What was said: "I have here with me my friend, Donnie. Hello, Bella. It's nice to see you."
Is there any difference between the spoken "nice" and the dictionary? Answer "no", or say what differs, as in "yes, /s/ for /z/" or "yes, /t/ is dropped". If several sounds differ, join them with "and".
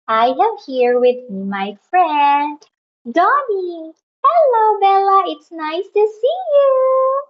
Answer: no